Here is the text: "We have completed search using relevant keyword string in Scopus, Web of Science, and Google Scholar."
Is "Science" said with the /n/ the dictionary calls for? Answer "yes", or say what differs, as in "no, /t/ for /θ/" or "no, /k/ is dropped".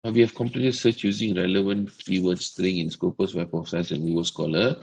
no, /n/ is dropped